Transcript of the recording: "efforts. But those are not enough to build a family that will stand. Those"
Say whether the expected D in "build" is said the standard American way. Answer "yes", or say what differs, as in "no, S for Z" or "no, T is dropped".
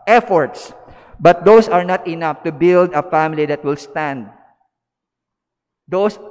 yes